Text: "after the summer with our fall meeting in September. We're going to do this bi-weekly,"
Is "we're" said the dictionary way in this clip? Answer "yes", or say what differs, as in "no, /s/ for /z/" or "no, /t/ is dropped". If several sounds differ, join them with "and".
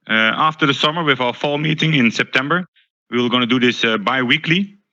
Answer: no, /l/ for /ɹ/